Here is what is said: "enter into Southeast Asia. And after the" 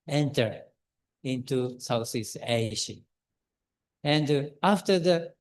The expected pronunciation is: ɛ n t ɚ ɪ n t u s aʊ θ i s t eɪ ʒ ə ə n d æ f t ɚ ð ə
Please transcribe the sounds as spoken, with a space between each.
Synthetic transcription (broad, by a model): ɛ n t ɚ ɪ n t u s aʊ s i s eɪ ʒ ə ə n d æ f t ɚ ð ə